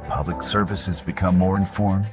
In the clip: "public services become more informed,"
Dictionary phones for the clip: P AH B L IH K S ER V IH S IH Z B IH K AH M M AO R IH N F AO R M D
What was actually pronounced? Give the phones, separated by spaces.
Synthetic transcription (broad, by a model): P AH B L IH K S ER V IH S IH Z B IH K AH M M AO R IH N F AO R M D